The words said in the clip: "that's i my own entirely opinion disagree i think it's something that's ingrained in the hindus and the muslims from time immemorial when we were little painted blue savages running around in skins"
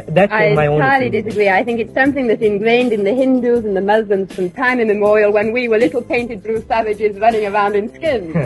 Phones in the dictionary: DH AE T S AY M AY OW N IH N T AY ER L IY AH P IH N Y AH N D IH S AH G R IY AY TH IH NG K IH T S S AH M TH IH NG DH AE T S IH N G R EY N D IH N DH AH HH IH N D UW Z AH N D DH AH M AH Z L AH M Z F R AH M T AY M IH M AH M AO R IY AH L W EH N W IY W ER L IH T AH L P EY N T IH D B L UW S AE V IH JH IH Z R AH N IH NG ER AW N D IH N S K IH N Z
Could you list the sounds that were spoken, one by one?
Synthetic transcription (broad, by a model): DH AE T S AY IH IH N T AY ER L IY D IH S AH G R IY AY TH IH NG K IH T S S AH M TH IH NG DH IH T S IH N G R EY N D IH N DH AH HH IH N D UW Z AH N DH AH M AH Z L AH M Z F R AH M T AY M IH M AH M AO R IY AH L W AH N W IY W ER L IH T L P EY N T IH D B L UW S AE V IH JH IH Z R AH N IH NG ER AW N D IH N S K IH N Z